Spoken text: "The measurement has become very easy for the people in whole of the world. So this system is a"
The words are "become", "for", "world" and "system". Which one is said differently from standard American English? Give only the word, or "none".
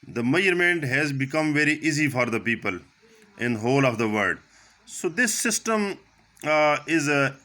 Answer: world